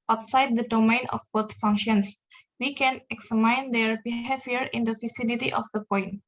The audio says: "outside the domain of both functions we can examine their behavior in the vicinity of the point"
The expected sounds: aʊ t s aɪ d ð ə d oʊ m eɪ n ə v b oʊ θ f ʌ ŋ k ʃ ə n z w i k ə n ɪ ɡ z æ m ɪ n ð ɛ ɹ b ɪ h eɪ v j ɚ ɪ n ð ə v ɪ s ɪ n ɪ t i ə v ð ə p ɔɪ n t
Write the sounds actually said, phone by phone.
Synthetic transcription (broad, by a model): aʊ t s aɪ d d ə d oʊ m eɪ n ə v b oʊ t f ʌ ŋ k ʃ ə n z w i k ə n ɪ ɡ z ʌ m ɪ n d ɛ ɹ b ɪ h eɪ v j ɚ ɪ n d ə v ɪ s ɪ l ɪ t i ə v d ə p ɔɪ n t